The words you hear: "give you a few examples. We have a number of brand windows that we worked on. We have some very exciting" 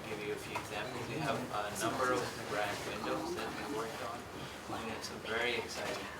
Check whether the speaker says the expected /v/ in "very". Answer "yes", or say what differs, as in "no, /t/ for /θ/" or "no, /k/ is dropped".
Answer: yes